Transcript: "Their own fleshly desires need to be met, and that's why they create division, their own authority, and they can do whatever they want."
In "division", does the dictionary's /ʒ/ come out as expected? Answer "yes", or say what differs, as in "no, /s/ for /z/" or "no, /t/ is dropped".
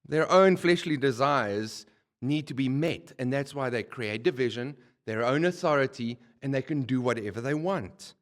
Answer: yes